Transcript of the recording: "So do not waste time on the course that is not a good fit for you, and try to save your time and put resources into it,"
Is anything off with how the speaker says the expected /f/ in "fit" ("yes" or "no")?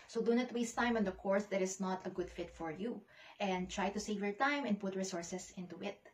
no